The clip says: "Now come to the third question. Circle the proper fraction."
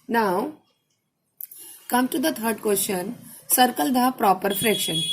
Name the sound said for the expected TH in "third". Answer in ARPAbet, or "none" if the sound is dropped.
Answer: T